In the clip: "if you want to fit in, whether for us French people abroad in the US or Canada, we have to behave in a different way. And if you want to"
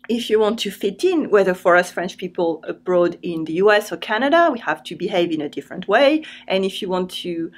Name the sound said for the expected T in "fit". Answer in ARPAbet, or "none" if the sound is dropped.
T